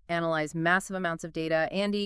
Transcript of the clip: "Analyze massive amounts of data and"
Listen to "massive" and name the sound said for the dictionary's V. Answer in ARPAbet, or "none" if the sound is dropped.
V